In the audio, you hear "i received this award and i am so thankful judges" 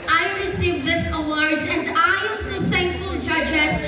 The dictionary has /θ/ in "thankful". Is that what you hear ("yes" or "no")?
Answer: yes